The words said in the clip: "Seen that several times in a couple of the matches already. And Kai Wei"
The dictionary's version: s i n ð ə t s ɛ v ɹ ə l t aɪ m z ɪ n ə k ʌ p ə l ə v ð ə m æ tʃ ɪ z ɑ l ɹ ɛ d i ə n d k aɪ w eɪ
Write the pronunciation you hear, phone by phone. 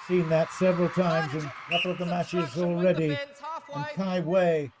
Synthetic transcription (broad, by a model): s i n ð ə t s ɛ v ɹ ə l t aɪ m z ɪ n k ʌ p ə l ə v ð ə m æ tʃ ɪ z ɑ l ɹ ɛ d i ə n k aɪ w eɪ